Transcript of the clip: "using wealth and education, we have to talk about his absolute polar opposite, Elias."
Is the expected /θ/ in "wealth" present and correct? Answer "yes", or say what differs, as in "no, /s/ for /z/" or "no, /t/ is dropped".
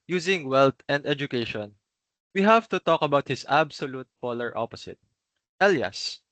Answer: no, /t/ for /θ/